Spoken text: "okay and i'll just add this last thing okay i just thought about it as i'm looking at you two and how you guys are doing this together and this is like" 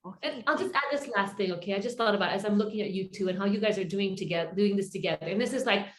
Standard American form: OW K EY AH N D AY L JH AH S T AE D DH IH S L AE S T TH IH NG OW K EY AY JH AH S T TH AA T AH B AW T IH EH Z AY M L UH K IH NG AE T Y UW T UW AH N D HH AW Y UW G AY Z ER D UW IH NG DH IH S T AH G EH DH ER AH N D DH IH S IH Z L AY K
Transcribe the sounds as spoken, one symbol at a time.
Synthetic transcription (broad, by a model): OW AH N AY L JH AH S T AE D DH IH S L AE S T TH IH NG OW K EY AY JH AH S T TH AA T AH B AW T IH Z AY M L UH K IH NG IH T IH T UW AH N HH AW Y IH G AY Z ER D UW IH NG DH IH S T AH G EH DH ER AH N DH IH S IH Z L AY K